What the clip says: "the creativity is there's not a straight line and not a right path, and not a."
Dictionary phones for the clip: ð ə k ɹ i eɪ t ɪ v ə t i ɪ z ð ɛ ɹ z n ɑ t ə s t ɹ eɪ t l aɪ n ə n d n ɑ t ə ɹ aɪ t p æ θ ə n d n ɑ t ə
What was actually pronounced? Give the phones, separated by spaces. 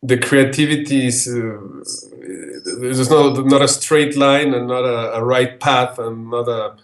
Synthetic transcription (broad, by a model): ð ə k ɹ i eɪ t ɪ v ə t i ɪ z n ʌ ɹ n ɑ t ə s t ɹ eɪ t l aɪ n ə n n ɑ t ə ɹ aɪ t p æ θ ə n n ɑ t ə